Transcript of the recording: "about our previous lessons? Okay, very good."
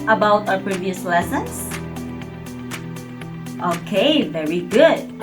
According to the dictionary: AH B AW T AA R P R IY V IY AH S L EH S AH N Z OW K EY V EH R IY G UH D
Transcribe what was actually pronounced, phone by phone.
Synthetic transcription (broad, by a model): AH B AW T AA P R IY V IY AH S L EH S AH N S OW K EY V EH R IY G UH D